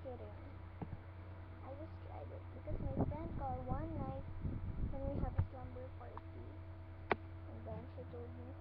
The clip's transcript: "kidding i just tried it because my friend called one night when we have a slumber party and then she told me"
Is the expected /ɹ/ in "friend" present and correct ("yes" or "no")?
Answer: no